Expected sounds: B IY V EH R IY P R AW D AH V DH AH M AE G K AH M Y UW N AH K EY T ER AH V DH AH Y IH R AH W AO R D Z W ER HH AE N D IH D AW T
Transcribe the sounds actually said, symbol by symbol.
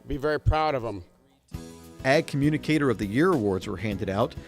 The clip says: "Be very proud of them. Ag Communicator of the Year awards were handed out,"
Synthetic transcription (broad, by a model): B IY V EH R IY P R AW D AH V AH M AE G K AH M Y UW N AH K EY T ER AH V DH AH Y IH R AH W AO R D Z W ER HH AE N D IH D AW T